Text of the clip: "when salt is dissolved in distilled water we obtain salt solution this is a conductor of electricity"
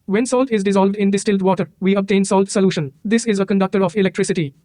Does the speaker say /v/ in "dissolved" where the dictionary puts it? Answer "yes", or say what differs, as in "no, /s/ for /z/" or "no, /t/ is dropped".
yes